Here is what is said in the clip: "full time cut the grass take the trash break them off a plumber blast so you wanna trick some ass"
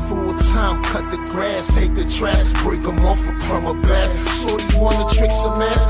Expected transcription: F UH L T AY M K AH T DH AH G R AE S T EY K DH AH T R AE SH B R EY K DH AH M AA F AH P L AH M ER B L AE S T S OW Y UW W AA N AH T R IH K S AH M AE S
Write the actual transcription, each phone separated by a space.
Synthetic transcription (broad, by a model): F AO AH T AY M K AH T DH AH G R AE S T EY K DH AH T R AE S B R EY K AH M AA F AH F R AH M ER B AE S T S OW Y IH W AA N AH T R IH K S AH M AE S